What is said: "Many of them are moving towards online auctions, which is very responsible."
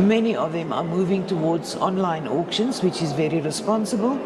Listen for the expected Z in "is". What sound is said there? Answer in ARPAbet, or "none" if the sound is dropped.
Z